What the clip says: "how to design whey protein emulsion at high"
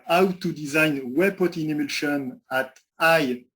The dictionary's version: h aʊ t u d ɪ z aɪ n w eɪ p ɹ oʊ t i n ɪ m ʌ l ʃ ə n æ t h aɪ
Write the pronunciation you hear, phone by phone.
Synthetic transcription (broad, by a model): aʊ t u d ɪ z aɪ n w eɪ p oʊ t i n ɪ m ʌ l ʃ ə n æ t aɪ